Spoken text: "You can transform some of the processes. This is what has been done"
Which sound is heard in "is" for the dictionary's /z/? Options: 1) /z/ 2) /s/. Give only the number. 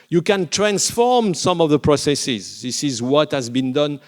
1